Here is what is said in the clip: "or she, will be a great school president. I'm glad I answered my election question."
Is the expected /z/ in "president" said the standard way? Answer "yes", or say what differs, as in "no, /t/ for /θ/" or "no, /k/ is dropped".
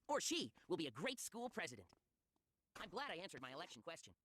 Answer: yes